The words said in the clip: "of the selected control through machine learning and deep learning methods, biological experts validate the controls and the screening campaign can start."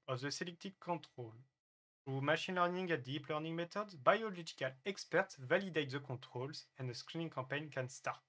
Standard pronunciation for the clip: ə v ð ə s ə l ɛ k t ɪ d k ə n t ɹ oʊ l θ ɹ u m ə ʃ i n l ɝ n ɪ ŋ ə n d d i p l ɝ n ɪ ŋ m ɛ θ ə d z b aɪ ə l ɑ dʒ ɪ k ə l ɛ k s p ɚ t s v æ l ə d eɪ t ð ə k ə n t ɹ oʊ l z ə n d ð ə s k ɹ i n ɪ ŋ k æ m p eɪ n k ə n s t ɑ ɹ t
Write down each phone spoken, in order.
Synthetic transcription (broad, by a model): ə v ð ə s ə l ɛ k t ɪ k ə t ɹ oʊ l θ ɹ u m ə ʃ i n l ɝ n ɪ ŋ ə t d d i p l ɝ n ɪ ŋ m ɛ t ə d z b aɪ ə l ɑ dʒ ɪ k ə l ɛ k s p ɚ t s v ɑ l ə d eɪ t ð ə k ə t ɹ oʊ l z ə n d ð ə s k ɹ i n ɪ ŋ k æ p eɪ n k ə n s t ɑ ɹ t